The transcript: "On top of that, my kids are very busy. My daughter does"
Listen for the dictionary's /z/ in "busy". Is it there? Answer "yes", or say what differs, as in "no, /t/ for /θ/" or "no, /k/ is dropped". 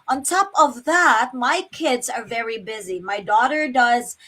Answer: yes